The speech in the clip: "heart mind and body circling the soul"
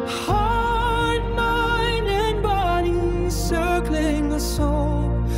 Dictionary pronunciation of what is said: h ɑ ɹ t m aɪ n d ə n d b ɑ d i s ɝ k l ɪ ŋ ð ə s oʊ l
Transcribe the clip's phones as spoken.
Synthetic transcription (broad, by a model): h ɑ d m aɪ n ə n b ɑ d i s ɝ k l ɪ ŋ ð ə s oʊ l